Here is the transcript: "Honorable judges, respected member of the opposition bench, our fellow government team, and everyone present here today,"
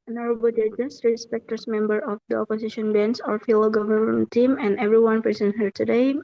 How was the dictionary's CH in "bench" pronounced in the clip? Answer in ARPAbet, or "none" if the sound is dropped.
S